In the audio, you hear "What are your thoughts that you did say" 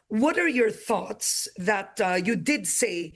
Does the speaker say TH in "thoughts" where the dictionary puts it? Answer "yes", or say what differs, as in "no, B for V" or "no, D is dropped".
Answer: yes